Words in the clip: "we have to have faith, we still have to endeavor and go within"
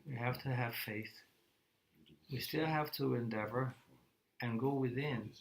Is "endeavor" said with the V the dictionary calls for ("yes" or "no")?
yes